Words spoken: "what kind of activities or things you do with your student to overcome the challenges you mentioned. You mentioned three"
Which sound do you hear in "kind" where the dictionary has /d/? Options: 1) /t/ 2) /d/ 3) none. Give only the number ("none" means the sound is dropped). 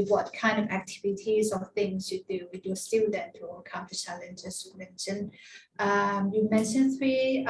2